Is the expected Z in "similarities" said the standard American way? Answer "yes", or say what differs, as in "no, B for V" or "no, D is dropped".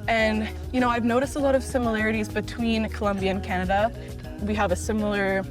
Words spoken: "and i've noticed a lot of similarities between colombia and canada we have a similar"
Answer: yes